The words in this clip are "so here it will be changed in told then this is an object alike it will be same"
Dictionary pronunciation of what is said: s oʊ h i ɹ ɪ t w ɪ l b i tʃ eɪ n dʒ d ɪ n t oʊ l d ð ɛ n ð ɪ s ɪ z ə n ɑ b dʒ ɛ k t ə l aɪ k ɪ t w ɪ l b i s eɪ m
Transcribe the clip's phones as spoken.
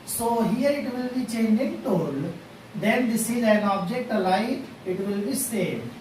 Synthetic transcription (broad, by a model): s oʊ h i ɹ ɪ t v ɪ l b i tʃ eɪ n dʒ ɪ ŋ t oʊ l d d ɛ n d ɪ s ɪ z ə n ɑ b dʒ ɛ k t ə l aɪ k ɪ t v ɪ l b i s eɪ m